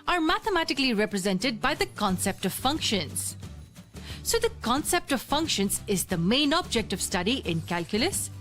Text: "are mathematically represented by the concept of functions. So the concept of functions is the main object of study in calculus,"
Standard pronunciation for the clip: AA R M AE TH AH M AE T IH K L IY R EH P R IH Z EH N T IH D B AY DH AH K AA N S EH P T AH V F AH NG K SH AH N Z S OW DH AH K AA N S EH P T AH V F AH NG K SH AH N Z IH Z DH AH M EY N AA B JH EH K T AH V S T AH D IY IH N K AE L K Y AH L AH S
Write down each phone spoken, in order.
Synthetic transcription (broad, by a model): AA R M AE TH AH M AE T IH K L IY R EH P R IH Z EH N T IH D B AY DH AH K AA N S EH P T AH V F AH NG K SH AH N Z S OW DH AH K AA N S EH P T AH V F AH NG K SH AH N Z IH Z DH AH M EY N AA B JH EH K T AH V S T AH D IY IH N K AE L K Y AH L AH S